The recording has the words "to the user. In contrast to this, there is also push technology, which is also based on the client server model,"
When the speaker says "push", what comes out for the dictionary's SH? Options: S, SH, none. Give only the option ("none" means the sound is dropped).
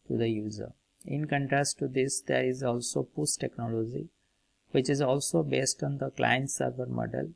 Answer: S